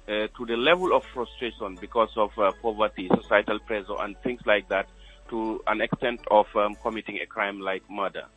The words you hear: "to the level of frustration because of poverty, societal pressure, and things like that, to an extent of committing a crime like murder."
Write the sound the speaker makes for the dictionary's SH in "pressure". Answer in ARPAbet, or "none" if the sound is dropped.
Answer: S